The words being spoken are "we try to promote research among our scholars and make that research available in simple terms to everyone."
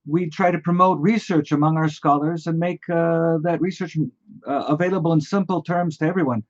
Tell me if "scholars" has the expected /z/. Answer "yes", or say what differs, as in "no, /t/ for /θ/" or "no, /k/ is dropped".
yes